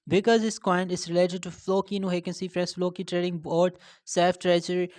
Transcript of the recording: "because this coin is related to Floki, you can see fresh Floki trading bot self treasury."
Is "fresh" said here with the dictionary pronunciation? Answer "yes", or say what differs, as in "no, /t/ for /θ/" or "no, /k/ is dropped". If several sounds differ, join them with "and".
no, /s/ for /ʃ/